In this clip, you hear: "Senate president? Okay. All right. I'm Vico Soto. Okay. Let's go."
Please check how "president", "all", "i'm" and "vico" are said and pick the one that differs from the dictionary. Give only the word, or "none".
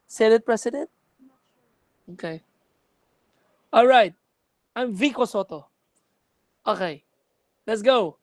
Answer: president